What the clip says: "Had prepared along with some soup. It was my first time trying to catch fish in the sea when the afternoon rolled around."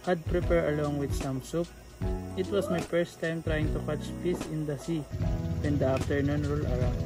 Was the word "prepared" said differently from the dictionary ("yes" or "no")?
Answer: yes